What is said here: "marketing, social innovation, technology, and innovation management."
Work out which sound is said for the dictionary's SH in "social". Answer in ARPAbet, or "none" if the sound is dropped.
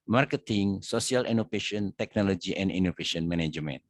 S